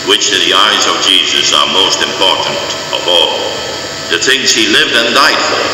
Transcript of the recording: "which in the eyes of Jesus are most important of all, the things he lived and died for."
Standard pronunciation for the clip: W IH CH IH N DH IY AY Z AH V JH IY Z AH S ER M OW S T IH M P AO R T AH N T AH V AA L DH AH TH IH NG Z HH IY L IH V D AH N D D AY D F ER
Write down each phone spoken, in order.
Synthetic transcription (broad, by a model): W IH CH IH N DH IY AY Z AH V JH IY Z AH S ER M OW S T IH M P AO R T N T AH V AA L DH AH TH IH NG Z HH IY L IH V D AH N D D AY D F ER